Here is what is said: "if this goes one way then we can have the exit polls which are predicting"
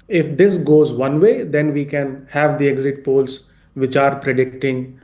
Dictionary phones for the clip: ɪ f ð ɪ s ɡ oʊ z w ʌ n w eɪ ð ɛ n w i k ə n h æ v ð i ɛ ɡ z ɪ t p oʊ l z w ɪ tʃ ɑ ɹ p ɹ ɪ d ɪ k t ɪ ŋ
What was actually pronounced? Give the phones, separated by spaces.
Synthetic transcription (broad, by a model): ɪ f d ɪ s ɡ oʊ z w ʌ n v eɪ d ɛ n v i k ə n h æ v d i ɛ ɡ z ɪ t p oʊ l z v ɪ tʃ ɑ ɹ p ɹ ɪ d ɪ k t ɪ ŋ